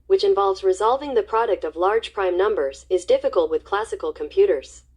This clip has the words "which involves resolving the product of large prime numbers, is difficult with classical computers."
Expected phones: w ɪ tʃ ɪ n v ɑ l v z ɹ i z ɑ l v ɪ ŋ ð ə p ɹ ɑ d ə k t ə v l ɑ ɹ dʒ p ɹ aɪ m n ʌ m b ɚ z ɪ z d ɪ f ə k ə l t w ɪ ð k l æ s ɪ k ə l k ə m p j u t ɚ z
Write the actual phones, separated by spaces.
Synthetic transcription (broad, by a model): w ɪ tʃ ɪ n v ɑ l v z ɹ i z ɑ l v ɪ ŋ ð ə p ɹ ɑ d ə k t ə v l ɑ ɹ dʒ p ɹ aɪ m n ʌ m b ɚ z ɪ z d ɪ f ə k ə l t w ɪ ð k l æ s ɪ k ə l k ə m p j u t ɚ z